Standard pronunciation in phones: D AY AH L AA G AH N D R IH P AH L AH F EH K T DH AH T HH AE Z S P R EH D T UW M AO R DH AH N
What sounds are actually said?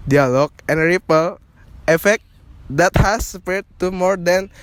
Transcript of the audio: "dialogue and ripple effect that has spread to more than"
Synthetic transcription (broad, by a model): D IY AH L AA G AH N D R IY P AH L AH F EH K T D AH T HH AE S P EH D T UW M AO R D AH N